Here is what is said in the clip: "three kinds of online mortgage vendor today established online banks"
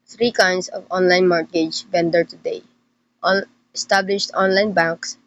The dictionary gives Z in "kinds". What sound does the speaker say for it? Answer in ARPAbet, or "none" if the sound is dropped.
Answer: S